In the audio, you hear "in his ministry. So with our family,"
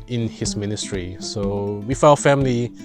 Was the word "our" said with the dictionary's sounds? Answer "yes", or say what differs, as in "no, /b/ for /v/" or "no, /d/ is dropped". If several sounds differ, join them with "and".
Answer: no, /l/ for /ɹ/